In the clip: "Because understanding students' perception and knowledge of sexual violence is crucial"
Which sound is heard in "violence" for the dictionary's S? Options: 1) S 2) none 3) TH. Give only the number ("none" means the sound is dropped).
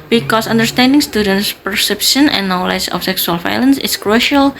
1